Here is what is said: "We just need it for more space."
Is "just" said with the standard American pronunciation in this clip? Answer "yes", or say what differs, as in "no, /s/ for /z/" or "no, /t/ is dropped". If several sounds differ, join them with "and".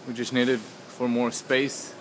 no, /tʃ/ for /dʒ/